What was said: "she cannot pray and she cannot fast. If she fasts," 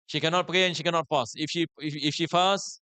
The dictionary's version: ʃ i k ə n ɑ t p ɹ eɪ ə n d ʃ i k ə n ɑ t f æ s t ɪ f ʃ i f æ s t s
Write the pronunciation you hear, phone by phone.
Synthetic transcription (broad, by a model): ʃ i k ə n ɑ t p ɹ eɪ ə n ʃ i k ə n ɑ t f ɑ s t ɪ f ʃ i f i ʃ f s